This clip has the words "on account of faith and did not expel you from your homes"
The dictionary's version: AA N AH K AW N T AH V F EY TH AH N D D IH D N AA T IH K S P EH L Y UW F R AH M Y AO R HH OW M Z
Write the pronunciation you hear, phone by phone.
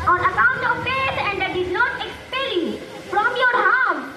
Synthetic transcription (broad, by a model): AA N AH K AW N T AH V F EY S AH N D D IH D N AA T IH K S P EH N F R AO M Y AO R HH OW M